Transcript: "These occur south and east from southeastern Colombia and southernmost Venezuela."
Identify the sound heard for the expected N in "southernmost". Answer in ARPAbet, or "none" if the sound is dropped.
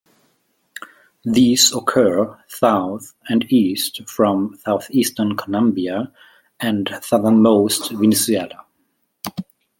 N